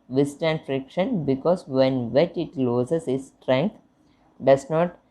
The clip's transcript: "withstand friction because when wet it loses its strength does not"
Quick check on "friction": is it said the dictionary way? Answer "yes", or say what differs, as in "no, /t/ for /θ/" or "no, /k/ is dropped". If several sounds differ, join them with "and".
yes